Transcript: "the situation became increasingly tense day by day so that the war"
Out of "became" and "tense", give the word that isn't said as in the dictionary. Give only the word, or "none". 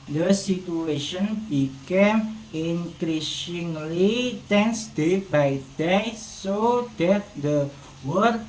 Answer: none